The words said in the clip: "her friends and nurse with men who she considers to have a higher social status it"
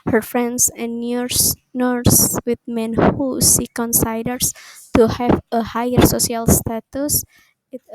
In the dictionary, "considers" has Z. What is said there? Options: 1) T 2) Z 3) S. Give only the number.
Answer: 3